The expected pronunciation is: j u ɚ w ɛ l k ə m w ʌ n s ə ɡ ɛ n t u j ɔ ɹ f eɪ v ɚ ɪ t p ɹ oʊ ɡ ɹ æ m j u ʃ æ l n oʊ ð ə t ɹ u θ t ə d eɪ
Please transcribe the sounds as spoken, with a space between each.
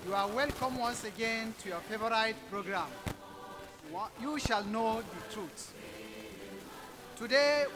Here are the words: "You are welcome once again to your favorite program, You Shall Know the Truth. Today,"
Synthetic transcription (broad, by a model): j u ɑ w ɛ l k ə m w ʌ n s ə ɡ ɛ n t u j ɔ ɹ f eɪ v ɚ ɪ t p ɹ oʊ ɡ ɹ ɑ m j u ʃ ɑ l n oʊ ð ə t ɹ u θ t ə d eɪ